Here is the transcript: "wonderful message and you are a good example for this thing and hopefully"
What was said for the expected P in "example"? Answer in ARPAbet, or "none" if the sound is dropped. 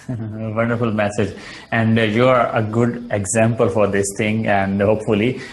P